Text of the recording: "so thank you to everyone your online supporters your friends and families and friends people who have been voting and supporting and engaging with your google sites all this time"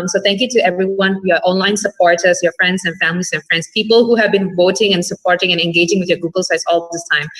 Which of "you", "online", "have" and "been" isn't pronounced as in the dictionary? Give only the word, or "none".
none